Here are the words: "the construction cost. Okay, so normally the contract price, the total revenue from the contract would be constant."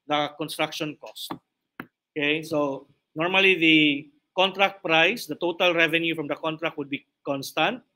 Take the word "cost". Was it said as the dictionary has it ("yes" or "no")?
yes